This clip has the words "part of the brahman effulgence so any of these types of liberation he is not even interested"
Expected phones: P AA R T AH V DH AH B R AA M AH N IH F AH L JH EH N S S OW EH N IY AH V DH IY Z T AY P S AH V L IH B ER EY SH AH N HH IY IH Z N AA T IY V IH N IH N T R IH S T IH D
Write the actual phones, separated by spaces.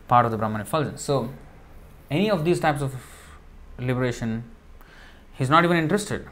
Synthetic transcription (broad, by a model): P AA R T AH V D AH B R AA M AH N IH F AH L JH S S OW EH N IY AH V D IY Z T AY P S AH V L IH B ER EY SH AH N HH IY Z N AA T IY V IH N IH N T R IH S T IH D